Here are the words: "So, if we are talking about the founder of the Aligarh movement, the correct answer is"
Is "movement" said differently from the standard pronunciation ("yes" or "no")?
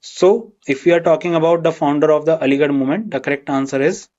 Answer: yes